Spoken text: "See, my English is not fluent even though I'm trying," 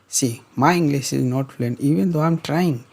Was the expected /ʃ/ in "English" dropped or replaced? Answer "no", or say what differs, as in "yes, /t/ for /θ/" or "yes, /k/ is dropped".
yes, /s/ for /ʃ/